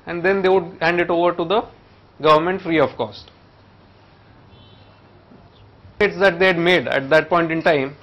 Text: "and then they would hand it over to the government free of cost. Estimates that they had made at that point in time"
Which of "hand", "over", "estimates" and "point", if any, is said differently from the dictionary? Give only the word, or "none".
estimates